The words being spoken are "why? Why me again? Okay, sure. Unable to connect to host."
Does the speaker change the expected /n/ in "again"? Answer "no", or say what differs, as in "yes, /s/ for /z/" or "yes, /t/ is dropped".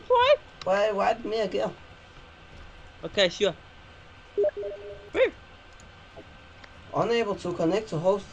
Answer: yes, /n/ is dropped